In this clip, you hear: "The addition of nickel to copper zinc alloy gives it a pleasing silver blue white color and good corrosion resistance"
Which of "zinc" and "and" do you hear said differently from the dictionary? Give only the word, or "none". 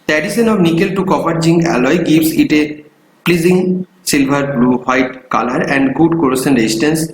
zinc